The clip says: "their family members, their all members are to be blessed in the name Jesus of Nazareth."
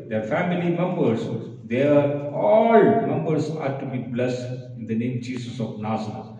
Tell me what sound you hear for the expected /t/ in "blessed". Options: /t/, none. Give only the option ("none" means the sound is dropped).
none